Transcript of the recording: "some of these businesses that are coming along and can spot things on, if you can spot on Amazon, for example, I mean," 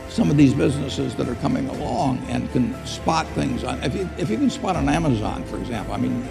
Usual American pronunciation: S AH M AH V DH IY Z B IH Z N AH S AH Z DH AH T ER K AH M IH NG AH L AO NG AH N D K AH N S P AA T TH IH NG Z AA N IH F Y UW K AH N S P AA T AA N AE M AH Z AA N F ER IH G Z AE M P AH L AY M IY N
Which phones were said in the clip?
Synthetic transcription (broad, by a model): S AH M AH V DH IY Z B IH Z N AH S AH Z DH AH T ER K AH M IH NG AH L AO NG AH N K AH N S P AA T TH IH NG Z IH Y IH F Y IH K AH N S P AA T N AE M AH Z AA N F ER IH G Z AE M P L AY M IY N